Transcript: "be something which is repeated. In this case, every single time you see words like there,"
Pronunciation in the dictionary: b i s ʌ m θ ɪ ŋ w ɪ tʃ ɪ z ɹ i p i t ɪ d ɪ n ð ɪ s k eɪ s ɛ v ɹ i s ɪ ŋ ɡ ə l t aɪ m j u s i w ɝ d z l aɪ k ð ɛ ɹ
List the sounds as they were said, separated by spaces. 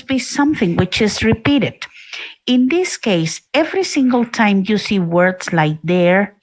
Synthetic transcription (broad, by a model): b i s ʌ m θ ɪ ŋ w ɪ tʃ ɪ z ɹ i p i t ɪ d ɪ n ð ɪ s k eɪ s ɛ v ɹ i s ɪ ŋ ɡ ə l t aɪ m j u s i w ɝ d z l aɪ k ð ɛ ɹ